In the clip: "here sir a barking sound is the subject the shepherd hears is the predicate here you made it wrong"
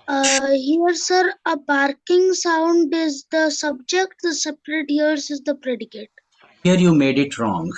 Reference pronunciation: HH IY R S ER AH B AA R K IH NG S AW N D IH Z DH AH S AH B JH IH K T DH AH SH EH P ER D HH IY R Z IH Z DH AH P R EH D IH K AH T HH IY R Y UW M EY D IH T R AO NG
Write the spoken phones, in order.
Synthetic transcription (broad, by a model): HH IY R S ER AH B AA R K IH NG S AW N D IH Z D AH S AH B JH IH K T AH S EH P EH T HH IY R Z IH Z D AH P R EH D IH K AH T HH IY R Y UW M EY D IH T R AO NG